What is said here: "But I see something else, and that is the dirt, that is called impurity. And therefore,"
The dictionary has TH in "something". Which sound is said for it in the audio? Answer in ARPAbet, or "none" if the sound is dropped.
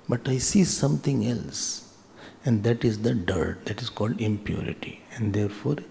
T